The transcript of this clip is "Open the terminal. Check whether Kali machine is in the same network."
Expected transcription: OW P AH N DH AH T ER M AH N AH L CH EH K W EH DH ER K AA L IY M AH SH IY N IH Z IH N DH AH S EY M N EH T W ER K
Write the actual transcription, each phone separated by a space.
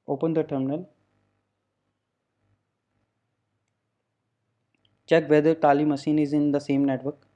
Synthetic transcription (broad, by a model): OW P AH N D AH T ER M AH N AH L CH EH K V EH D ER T AA L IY M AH S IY N IH Z IH N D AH S EY M N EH T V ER K